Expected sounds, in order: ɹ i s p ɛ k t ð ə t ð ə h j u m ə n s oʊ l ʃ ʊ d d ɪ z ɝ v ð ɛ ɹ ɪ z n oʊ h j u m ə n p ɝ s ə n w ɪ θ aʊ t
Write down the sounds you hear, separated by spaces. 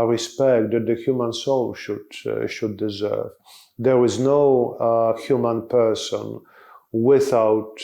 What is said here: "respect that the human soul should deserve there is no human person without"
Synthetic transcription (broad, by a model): ɹ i s p ɛ k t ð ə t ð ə h j u m ə n s oʊ l ʃ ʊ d d ɪ z ɝ v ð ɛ ɹ ɪ z n oʊ h j u m ə n p ɝ s ə n w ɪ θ aʊ t